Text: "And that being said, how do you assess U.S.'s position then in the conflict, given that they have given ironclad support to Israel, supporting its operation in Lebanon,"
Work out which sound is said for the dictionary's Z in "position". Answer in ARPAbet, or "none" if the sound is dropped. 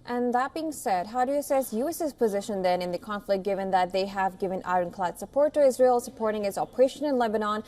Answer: Z